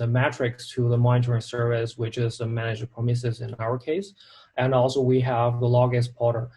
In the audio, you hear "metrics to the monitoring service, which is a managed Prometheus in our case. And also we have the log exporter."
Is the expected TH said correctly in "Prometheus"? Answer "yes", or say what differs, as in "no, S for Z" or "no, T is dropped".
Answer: no, S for TH